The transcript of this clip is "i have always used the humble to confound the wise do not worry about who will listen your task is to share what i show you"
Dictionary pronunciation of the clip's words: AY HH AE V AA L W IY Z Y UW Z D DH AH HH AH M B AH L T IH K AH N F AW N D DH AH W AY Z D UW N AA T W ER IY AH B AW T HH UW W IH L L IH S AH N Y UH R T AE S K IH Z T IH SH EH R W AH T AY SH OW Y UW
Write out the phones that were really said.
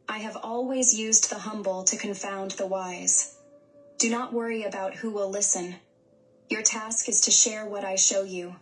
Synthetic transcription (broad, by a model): AY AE V AA L W IY Z Y UW Z DH AH HH AH M B L T IH K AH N F AW N DH AH W AY Z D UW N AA T W ER IY AH B AW T HH UW W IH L L IH S AH N Y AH R T AE S K IH Z T IH SH EH R W AH T AY SH OW Y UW